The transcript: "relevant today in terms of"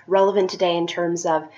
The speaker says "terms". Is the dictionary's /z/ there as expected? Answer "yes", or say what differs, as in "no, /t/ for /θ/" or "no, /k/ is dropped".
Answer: yes